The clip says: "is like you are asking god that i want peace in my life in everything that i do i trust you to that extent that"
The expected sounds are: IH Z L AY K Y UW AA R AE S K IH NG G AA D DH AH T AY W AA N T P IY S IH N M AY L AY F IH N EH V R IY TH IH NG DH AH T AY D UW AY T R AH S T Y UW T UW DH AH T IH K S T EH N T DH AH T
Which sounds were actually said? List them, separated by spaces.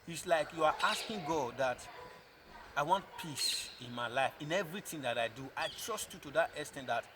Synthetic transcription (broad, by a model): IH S L AY K Y UW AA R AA S K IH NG G AA D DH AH T AY W AA N T P IY S IH N M AY L AY F IH N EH V R IY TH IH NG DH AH T AY D UW AY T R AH S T Y UW T UW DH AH T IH S T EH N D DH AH T